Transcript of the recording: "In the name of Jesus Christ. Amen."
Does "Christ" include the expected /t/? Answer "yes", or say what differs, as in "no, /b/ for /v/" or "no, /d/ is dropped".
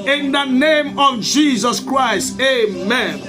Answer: yes